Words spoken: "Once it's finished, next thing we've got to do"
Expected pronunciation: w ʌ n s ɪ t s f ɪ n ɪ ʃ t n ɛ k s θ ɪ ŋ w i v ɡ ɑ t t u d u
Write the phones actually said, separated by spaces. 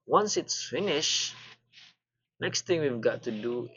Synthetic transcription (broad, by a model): w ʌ n s ɪ t s f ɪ n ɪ ʃ n ɛ k s t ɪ ŋ w i v ɡ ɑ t t u d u